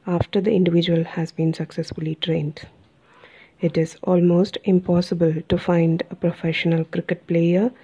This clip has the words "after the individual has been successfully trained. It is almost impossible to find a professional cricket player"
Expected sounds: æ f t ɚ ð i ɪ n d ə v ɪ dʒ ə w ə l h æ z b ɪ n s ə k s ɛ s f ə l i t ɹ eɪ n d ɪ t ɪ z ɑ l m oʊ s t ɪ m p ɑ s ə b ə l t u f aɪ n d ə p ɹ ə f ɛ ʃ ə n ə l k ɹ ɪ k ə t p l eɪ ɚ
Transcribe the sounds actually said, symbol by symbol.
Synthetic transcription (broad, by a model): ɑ f t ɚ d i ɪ n d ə v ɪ dʒ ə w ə l h æ z b ɪ n s ə k s ɛ s f ə l i t ɹ eɪ n d ɪ t ɪ z ɑ l m oʊ s t ɪ m p ɑ s ə b ə l t u f aɪ n d ə p ɹ ə f ɛ ʃ ə n ə l k ɹ ɪ k ə t p l eɪ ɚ